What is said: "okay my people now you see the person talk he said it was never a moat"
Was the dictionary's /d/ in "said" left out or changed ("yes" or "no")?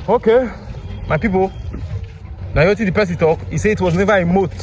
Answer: yes